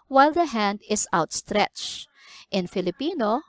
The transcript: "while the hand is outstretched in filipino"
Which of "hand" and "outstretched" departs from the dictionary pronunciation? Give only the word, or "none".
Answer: none